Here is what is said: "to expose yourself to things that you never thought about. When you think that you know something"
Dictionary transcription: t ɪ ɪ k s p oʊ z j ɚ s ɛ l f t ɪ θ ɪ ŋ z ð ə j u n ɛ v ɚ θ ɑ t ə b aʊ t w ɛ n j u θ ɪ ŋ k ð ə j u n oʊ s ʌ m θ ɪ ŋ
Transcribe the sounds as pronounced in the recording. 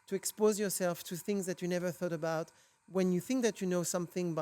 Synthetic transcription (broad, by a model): t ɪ ɪ k s p oʊ z j ɚ s ɛ l f t ɪ θ ɪ ŋ z ð ə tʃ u n ɛ v ɚ θ ɑ t ə b aʊ t w ɛ n j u θ ɪ ŋ k ð ə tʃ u n oʊ s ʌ m θ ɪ ŋ